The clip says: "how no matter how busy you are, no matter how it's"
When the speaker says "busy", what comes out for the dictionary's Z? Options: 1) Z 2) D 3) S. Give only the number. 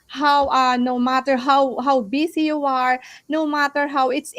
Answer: 3